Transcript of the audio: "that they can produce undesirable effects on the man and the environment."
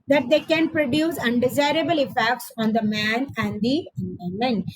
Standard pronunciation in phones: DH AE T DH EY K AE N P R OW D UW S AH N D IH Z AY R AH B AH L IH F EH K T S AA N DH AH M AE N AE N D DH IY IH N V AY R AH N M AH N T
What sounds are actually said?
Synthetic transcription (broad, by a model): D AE T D EY K AE N P R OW D UW S AH N D IH Z AY R AH B AH L IH F EH K T S AA N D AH M AE N AE N D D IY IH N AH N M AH N